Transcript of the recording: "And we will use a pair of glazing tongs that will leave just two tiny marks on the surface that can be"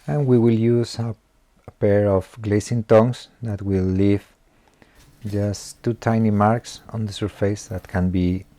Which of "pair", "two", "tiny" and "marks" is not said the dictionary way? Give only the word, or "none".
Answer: none